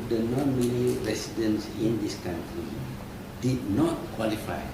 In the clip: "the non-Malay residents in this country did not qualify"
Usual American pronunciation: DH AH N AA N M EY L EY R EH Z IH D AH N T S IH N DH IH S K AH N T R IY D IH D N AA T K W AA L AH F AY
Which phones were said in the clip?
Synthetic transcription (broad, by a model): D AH N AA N M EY N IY R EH S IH D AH N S IH N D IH S K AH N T R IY D IH D N AA T K W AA L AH F AY